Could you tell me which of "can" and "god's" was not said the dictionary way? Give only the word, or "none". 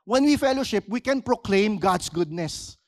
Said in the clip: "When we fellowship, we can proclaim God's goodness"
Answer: god's